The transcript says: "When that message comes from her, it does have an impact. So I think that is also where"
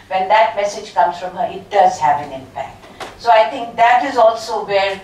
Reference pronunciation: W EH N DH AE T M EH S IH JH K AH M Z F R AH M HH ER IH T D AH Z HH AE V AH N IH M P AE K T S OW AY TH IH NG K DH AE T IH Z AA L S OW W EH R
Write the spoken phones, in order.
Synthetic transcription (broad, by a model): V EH N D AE T M EH S IH JH K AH M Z F R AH M HH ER IH T D AH Z HH AE V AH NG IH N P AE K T S OW AY T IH NG K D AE T IH Z AA L S OW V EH R